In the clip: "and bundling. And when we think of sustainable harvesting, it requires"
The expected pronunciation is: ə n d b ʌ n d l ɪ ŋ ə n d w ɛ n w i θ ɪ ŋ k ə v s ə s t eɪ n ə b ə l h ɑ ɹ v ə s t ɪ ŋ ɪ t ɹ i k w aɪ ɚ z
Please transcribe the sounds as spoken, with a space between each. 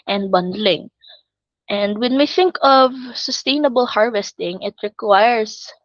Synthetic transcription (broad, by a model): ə n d b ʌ n d l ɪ ŋ ə n d w ɛ n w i θ ɪ ŋ k ə v s ə s t eɪ n ə b ə l h ɑ ɹ v ə s t ɪ ŋ ɪ t ɹ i k w aɪ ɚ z